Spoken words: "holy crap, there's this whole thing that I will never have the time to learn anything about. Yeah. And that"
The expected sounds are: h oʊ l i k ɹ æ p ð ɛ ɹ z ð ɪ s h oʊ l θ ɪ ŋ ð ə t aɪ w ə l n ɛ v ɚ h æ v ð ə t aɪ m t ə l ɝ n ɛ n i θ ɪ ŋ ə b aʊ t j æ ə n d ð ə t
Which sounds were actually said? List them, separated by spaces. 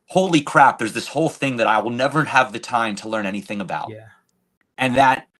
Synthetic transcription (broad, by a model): h oʊ l i k ɹ æ p ð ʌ ɹ z ð ɪ s h oʊ l θ ɪ ŋ ð ə t aɪ w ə l n ɛ v ɚ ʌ v ð ə t aɪ m t ə l ɝ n ɛ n i θ ɪ ŋ ə b aʊ t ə n ð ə t